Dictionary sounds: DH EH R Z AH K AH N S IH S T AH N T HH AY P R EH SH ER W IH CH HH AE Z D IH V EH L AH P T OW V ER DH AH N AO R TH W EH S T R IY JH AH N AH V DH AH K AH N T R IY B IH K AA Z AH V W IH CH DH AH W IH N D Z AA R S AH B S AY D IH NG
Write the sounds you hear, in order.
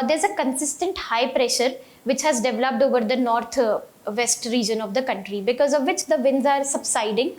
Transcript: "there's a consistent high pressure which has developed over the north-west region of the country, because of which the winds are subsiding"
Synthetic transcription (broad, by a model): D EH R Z AH K AH N S IH S T AH N T HH AY P R EH SH ER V IH CH HH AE Z D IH V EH L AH P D OW V ER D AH N AO R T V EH S T R IY JH AH N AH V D AH K AH N T R IY B IH K AA Z AH V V IH CH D AH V IH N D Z AA R S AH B S AY D IH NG